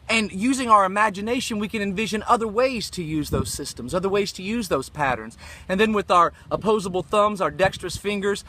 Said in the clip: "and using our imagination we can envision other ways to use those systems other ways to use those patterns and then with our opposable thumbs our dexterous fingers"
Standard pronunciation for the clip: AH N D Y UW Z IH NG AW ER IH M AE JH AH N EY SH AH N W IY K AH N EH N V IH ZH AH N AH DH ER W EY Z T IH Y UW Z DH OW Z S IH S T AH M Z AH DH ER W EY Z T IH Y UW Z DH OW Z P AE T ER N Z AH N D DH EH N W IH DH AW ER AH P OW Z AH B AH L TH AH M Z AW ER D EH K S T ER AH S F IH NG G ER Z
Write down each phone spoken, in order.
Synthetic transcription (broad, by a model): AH N Y UW Z IH NG AW ER IH M AE JH AH N EY SH AH N W IY K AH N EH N V IH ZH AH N AH DH ER W EY Z T IH Y UW Z DH OW Z S IH S T AH M Z AH DH ER W EY Z T IH Y UW Z DH OW Z P AE T ER N Z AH N DH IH N W IH DH AW ER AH P OW Z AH B L TH AH M Z AW ER D EH K S T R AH S F IH NG G ER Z